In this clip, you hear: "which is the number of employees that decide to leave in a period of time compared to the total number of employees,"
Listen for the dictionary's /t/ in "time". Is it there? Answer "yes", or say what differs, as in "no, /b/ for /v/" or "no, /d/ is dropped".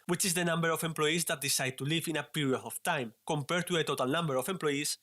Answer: yes